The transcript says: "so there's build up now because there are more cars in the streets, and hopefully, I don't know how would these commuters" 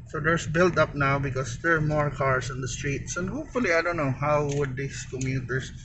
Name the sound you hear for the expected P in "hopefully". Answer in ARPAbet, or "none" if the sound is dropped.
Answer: P